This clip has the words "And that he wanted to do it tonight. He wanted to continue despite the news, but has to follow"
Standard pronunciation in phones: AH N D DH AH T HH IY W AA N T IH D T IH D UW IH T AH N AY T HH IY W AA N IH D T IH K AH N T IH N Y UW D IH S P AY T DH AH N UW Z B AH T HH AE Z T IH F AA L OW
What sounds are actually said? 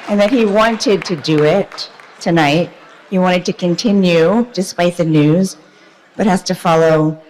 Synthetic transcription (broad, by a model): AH N DH AH T HH IY W AA N T IH D T IH D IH IH T AH N AY T HH IY W AA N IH D T IH K AH N T IH N Y UW D IH S P AY T DH AH N UW Z B AH T HH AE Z T IH F AA L OW